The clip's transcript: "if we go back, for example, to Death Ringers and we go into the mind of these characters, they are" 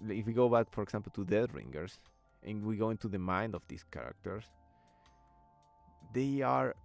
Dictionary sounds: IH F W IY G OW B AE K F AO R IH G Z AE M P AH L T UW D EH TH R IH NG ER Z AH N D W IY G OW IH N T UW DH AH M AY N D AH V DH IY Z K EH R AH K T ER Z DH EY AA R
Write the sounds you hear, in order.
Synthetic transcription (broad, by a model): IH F W IY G OW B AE K F AO R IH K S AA M P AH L T UW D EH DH R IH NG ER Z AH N W IY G OW IH N T UW DH AH M AY N D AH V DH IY S K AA R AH K T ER S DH EY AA R